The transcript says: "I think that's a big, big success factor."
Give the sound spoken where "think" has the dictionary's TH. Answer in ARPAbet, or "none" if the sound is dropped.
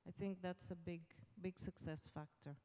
TH